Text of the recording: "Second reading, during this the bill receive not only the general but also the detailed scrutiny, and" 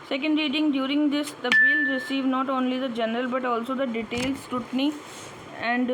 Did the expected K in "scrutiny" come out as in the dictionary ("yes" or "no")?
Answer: no